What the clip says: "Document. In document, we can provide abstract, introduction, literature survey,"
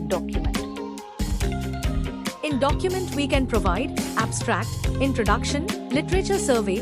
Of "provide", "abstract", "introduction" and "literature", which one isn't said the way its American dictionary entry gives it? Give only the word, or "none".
none